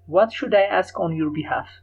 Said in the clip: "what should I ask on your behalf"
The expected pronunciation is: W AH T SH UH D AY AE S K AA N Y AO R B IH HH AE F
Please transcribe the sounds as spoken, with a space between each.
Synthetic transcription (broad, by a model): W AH T SH UH D AY AE S K AA N Y AO R B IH HH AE F